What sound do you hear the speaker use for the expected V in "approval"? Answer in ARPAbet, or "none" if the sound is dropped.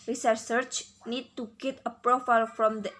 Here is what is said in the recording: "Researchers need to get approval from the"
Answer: F